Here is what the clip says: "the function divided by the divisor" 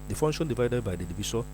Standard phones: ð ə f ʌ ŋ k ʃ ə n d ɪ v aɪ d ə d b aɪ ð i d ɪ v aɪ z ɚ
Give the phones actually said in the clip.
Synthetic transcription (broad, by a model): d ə f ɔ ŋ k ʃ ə n d ɪ v aɪ d ə d b aɪ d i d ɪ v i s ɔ